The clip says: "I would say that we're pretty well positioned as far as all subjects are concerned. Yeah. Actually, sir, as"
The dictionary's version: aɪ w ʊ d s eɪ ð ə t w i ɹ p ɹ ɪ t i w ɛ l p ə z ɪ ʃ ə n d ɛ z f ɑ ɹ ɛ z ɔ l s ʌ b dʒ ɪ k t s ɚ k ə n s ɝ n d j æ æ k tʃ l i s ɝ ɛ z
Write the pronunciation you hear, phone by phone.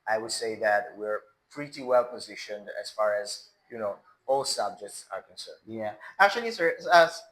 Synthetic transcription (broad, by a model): aɪ w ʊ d s eɪ ð ə t w i ɹ p ɹ ɪ t i w ɛ l p ə z ɪ ʃ ə n d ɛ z f ɑ ɹ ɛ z ɔ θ s ʌ b dʒ ɪ k t s ɚ k ə n s ɝ n d j æ æ k tʃ l i s ɝ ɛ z